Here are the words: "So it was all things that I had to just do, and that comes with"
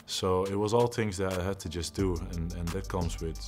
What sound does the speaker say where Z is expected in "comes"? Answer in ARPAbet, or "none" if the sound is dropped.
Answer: Z